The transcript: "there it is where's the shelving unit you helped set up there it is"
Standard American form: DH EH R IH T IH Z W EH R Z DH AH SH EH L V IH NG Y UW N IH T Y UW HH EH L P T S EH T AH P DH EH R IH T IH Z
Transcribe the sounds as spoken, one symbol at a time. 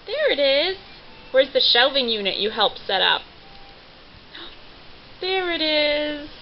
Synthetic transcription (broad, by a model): DH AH R IH T IH Z W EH R Z DH AH SH EH L V IH NG Y UW N IH T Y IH HH EH L P S EH T AH P DH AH R IH T IH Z